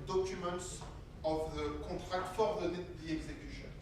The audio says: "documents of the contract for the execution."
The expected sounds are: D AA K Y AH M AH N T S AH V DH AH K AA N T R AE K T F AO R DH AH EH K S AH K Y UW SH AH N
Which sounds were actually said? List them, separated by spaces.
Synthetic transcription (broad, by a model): D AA K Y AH M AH N T S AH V DH AH K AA T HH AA K T F AO R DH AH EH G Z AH K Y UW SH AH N